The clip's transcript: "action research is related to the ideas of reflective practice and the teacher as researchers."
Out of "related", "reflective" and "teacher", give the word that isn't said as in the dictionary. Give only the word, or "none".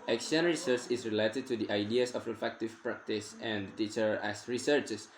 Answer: reflective